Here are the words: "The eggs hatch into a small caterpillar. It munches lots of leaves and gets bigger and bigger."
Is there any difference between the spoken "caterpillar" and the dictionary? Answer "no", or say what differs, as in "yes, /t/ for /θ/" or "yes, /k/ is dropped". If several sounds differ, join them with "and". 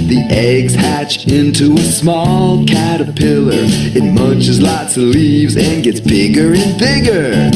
no